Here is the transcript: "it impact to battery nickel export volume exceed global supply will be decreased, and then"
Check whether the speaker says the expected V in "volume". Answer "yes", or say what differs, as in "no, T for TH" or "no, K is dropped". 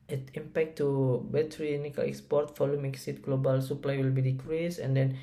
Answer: no, F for V